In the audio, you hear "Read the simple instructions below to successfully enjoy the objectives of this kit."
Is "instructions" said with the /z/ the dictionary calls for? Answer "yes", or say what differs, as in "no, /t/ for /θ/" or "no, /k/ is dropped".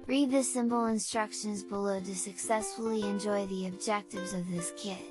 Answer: yes